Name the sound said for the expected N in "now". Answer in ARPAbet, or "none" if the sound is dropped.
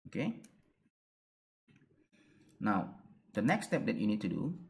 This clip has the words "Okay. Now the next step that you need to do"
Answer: N